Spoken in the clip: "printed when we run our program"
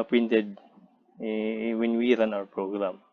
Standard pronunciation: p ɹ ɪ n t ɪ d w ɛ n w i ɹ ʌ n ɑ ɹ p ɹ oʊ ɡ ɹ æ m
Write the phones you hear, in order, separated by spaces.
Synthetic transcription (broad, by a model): p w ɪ n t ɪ d w ɛ n w i ɹ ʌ n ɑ w p ɹ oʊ ɡ ɹ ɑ m